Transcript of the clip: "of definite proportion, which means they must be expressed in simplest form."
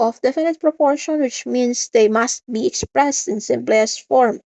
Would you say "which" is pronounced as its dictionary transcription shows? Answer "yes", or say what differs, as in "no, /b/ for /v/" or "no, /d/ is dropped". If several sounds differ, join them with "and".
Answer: yes